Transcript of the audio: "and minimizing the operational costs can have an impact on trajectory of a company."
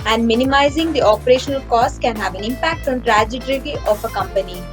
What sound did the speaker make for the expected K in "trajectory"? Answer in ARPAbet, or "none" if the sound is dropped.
none